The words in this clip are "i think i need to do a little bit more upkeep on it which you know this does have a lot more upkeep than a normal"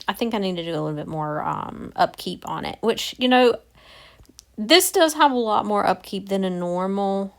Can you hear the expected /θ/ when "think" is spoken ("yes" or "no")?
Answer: yes